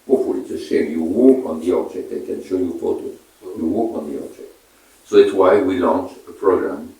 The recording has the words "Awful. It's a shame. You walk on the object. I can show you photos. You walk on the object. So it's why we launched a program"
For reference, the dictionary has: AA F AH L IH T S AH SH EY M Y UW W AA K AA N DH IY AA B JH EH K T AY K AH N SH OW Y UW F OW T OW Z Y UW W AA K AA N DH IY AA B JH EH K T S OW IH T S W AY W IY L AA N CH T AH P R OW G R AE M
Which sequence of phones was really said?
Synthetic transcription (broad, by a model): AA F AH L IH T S AH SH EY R Y UW W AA K AA N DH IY AA B JH EH K T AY K AH N SH OW Y UW F OW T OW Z Y UW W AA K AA N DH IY AA B JH EH K T S OW IH T S W AY W IY L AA N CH AH P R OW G R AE M